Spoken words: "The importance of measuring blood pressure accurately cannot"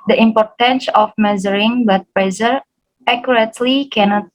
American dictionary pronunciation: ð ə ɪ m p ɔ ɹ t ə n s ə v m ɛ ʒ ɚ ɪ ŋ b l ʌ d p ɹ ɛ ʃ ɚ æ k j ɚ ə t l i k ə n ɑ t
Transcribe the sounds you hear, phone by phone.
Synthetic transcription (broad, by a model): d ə ɪ m p ɔ ɹ t ə n s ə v m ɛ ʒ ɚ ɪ ŋ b ʌ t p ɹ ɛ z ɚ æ k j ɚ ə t l i k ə n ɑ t